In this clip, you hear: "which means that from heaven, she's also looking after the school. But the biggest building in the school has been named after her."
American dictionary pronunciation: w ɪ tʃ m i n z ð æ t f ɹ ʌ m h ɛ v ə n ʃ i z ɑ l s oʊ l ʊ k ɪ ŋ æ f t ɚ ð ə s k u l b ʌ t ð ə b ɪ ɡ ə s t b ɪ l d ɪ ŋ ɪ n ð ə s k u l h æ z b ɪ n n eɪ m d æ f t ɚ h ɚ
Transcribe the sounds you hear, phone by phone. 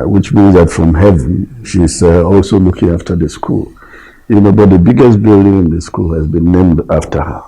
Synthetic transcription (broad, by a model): w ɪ tʃ m i n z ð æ t f ɹ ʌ m h ɛ v ə n ʃ i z ɑ l s oʊ l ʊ k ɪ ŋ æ f t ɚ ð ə s k u l b ʌ t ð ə b ɪ ɡ ə s t b ɪ l d ɪ ŋ ɪ n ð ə s k u l h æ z b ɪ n n eɪ m d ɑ f t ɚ h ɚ